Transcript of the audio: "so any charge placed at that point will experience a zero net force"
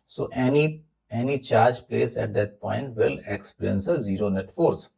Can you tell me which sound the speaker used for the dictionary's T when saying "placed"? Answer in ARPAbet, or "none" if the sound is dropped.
none